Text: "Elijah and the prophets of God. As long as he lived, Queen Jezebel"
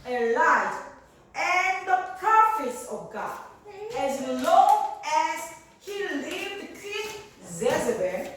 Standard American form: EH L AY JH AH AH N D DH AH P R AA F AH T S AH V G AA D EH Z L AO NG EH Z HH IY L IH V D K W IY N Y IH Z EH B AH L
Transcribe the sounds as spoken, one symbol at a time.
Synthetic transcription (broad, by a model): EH L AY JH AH N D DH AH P AA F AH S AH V G AA D EH Z L AO NG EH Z HH IY L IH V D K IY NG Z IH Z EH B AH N